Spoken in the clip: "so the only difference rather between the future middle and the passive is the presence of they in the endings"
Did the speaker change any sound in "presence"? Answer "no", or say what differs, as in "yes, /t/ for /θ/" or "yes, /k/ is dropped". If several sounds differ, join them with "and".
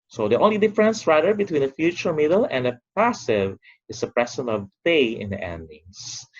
yes, /s/ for /z/ and /s/ is dropped